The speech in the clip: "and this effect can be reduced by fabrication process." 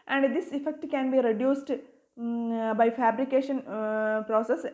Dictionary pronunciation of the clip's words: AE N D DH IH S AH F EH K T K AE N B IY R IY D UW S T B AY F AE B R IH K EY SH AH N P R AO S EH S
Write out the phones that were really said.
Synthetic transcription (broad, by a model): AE N D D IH S AH F EH K T K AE N B IY R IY D UW S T B AY F AE B R IH K EY SH AH N P R AO S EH S